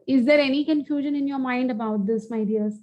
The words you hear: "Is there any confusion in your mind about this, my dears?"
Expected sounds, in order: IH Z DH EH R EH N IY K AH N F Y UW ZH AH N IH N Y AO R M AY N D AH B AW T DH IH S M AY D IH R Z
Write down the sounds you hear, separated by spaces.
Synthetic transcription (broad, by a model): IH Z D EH R EH N IY K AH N F Y UW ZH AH N IH N Y AO R M AY N D AH B AW T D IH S M AY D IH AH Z